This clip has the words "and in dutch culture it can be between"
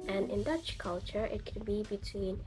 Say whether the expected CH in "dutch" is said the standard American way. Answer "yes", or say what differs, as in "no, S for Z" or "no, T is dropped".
yes